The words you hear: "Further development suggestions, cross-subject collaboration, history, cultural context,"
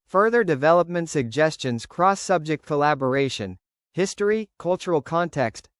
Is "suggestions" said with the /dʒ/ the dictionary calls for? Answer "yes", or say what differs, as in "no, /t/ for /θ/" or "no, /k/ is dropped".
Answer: yes